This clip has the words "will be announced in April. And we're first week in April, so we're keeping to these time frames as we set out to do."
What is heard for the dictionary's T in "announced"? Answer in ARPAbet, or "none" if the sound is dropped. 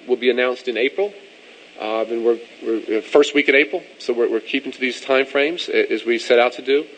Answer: T